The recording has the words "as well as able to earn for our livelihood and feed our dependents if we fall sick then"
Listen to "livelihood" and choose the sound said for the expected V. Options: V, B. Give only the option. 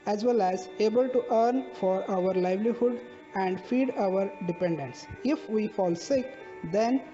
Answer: V